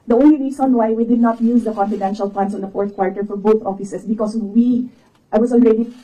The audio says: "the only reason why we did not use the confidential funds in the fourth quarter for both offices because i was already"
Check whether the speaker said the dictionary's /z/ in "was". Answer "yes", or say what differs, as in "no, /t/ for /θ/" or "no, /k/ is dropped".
no, /s/ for /z/